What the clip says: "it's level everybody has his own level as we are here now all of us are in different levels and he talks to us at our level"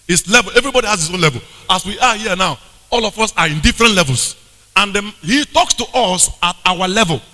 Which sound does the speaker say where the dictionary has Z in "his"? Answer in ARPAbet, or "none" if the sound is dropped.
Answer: S